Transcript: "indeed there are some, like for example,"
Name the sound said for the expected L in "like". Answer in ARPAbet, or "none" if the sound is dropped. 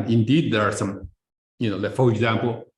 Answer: N